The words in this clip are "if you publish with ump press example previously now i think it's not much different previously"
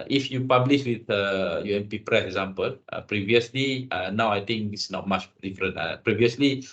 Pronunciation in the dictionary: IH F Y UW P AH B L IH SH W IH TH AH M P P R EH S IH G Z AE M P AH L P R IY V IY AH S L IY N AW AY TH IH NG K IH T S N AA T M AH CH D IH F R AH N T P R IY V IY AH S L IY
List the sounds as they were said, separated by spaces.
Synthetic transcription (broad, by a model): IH F Y UW P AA B L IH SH W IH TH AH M P P R EH S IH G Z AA M P AH L P R IY V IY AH S L IY N AW AY T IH NG K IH S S N AA T M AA CH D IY F R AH N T P R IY V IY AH S L IY